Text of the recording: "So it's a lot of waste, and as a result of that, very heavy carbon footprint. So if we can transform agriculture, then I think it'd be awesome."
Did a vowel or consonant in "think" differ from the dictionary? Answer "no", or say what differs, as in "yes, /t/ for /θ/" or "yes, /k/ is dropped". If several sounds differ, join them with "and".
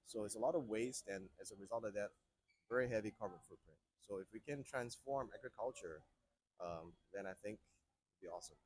no